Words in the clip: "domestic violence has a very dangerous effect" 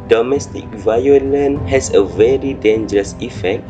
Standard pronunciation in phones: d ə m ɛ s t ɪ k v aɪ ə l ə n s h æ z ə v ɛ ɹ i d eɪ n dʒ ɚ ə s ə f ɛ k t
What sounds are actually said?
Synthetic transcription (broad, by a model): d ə m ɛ s t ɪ k v aɪ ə l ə n h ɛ s ə v ɛ ɹ i d eɪ n dʒ ɚ ə s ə f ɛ k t